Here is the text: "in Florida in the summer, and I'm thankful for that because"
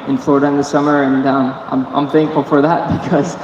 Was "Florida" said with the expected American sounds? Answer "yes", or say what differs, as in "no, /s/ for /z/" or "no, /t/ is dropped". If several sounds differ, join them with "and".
no, /ɹ/ is dropped